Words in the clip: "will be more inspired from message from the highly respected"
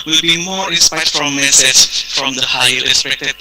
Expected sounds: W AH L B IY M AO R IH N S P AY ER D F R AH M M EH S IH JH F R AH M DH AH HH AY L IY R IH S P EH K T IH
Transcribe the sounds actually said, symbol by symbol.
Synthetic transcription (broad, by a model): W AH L B IY M AO R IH S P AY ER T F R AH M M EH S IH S F R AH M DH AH HH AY IY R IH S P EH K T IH